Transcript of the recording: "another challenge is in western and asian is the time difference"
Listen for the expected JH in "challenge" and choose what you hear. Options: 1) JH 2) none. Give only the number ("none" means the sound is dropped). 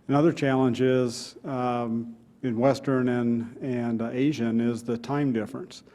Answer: 1